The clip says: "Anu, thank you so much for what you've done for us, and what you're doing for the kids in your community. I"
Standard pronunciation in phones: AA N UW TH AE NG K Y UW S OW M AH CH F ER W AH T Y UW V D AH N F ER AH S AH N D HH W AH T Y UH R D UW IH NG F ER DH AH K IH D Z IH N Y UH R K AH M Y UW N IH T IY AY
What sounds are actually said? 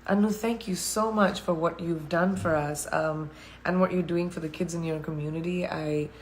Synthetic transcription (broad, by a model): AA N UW TH AE NG K Y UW S OW M AH CH F ER W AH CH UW V D AH N F ER AH S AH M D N W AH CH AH R D UW IH NG F ER DH AH K IH D Z IH N Y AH R K AH M Y UW N IH T IY AY